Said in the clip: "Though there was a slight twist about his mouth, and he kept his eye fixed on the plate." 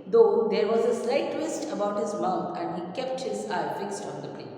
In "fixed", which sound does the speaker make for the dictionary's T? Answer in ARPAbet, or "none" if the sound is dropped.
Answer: T